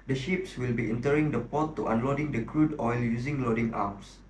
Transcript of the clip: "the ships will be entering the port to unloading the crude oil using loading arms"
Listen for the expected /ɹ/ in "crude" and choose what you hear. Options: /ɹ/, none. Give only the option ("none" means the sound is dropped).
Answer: /ɹ/